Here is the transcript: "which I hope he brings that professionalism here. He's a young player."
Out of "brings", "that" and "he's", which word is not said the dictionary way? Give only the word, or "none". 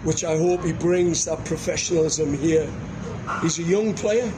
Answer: none